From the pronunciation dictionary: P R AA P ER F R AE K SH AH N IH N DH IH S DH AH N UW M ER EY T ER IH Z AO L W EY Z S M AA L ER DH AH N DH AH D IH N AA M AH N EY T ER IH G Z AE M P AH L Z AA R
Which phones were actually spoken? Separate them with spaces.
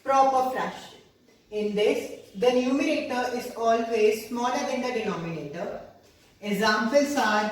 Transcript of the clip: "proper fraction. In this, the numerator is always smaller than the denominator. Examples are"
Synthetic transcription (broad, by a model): P R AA P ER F R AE SH IH N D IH S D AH N UW M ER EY T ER IH Z AO L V EY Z S M AA L ER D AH N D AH D IH N AA M AH N EY T ER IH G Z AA M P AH L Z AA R